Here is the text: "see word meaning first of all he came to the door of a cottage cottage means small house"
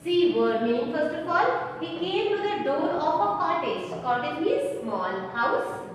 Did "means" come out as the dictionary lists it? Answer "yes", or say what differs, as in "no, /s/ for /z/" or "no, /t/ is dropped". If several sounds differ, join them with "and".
no, /n/ is dropped